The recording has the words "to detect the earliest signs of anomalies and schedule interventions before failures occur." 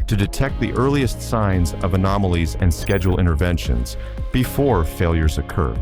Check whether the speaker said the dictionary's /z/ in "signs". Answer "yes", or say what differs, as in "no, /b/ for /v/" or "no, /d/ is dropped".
yes